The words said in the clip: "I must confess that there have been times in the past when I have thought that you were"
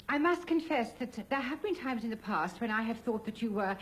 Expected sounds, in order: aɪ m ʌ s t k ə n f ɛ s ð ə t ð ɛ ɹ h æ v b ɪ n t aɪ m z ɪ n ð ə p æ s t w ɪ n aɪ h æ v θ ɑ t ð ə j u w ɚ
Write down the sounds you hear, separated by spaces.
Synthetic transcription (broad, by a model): aɪ m ʌ s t k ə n f ɛ s ð ə t ð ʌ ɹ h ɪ v b ɪ n t aɪ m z ɪ n ð ə p æ s t w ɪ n aɪ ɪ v θ ɑ t ð ə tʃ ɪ w ɚ